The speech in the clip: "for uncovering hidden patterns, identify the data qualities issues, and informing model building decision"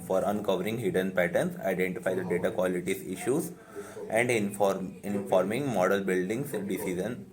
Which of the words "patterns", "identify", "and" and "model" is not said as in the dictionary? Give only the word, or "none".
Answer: patterns